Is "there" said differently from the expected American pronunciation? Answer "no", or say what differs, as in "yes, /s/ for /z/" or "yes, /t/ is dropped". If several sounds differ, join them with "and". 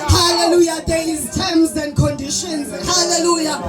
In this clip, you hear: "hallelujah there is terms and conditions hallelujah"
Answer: yes, /l/ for /ɹ/